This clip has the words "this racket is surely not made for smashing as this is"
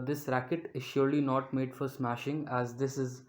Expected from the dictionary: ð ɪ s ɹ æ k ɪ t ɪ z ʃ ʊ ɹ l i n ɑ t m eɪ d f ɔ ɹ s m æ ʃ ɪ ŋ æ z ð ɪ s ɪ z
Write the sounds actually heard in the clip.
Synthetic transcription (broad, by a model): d ɪ s ɹ æ k ɪ t ɪ z ʃ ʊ ɹ l i n ɑ t m eɪ d f ɔ ɹ s m æ ʃ ɪ ŋ æ z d ɪ s ɪ z